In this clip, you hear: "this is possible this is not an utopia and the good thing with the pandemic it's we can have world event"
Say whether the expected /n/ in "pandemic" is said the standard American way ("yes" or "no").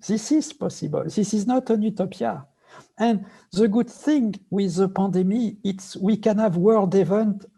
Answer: no